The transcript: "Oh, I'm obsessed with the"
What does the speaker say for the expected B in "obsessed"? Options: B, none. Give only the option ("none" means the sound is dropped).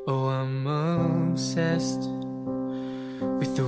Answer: none